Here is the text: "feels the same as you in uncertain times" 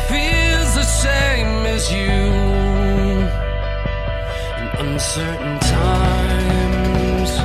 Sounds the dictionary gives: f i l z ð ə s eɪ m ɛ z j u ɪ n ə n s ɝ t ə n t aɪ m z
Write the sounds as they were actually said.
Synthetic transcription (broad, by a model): f i l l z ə ʃ eɪ m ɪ z j u ɪ n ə n s ɝ t n t aɪ m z